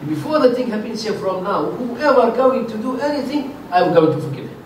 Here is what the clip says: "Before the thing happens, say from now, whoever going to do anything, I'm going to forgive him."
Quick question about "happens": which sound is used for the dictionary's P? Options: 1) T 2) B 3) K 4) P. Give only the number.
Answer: 2